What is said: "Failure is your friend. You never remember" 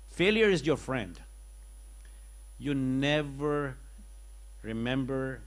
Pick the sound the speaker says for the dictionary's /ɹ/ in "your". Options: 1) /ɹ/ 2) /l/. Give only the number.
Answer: 1